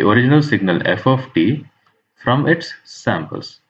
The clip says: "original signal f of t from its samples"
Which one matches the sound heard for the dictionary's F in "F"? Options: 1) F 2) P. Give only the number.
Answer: 1